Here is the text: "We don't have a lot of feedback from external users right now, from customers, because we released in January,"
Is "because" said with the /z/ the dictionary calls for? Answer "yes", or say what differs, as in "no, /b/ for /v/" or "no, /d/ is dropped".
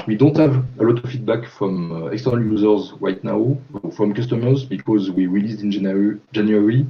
yes